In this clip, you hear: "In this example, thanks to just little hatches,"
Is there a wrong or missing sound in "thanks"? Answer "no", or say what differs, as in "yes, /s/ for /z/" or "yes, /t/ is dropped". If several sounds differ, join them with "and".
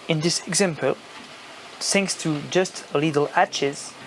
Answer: yes, /s/ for /θ/